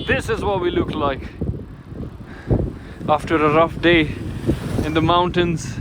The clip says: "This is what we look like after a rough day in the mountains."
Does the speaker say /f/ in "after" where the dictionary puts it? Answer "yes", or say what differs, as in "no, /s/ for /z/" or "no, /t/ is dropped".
yes